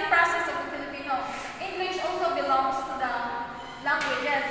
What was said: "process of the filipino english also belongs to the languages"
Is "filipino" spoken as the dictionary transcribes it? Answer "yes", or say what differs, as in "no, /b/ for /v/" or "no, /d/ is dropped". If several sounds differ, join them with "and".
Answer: yes